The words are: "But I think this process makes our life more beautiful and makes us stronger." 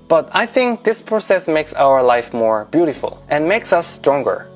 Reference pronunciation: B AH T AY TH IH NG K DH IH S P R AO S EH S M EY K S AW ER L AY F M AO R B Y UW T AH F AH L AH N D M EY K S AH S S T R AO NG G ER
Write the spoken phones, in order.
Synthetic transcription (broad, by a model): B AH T AY TH IH NG K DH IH S P R AO S EH S M EY K S AW ER L AY F M AO R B Y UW T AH F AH L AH N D M EY K S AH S S T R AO NG G ER